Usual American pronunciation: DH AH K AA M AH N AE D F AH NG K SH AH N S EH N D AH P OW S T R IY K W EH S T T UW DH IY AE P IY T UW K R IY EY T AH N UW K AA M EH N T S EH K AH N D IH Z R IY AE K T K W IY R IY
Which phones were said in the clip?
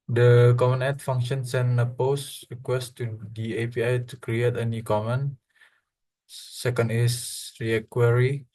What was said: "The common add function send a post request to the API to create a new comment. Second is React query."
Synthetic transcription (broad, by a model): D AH K AA M AH N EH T F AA NG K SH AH N S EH N AH P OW S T R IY K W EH S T T UW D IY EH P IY T UW K R IY EY T AH N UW K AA M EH N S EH K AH N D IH S R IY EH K K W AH R IY